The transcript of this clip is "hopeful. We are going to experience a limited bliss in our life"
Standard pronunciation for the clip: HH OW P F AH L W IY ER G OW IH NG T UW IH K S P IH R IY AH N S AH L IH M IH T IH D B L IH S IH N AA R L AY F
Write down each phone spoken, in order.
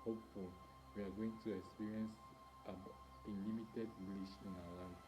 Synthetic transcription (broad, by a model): HH OW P F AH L W IY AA G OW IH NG T UW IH K S P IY R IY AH N S AH L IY M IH T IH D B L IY SH IH N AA L AY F